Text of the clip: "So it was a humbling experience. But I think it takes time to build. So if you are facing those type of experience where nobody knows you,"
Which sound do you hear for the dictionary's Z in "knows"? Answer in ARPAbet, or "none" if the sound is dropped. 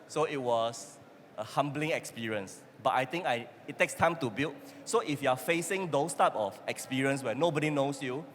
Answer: S